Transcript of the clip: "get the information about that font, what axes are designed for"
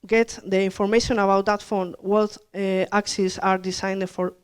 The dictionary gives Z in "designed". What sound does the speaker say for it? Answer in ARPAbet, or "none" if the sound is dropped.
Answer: S